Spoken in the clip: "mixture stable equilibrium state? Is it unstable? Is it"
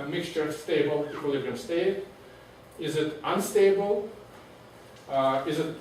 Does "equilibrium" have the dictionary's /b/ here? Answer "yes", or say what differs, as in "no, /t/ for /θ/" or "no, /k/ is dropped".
no, /b/ is dropped